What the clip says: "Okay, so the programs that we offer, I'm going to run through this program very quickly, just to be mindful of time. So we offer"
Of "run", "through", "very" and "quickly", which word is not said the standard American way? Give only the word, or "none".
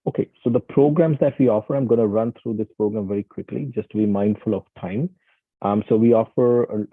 through